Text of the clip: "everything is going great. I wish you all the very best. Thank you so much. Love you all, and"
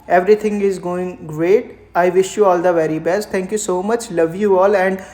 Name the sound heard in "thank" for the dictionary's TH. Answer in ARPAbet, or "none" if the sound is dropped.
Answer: T